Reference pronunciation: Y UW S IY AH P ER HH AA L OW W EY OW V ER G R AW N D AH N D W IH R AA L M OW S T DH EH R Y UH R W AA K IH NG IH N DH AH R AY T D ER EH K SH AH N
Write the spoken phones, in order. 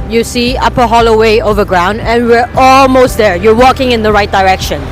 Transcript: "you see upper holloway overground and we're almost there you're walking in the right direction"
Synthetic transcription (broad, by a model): Y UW S IY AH P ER HH AA L OW W EY OW V ER G R AW N D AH N W IH R AA L M OW S T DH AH R Y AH R W AA K IH NG IH N DH AH R AY T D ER EH K SH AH N